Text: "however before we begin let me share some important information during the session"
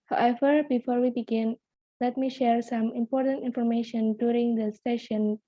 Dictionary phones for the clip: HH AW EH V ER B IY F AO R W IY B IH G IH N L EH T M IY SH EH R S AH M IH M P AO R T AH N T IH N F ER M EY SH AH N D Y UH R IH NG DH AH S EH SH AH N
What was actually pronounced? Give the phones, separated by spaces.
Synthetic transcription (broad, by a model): HH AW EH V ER B IY F AO R W IY B IH G IH N L EH T M IY SH EH R S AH M IH M P AO R T AH N T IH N F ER M EY SH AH N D Y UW R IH NG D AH S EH SH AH N